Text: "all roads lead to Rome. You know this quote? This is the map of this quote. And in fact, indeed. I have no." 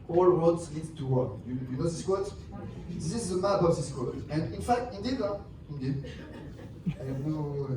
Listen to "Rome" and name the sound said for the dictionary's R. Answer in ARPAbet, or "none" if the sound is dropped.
W